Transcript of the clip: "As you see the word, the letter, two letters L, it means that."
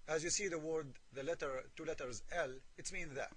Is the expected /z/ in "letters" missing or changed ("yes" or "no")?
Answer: no